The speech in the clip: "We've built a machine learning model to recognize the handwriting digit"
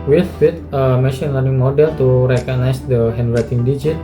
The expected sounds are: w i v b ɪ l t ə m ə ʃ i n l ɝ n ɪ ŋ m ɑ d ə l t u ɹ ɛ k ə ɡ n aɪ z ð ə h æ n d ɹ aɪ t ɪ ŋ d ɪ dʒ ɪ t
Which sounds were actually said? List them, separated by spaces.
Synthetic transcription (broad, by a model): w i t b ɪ t ə m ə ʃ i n l ɝ n ɪ ŋ m ɑ d ə l t u ɹ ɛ k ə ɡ n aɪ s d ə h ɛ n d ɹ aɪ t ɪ ŋ d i dʒ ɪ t